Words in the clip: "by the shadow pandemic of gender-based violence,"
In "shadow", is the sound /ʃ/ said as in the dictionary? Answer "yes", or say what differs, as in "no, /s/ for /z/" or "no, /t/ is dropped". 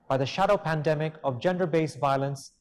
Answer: yes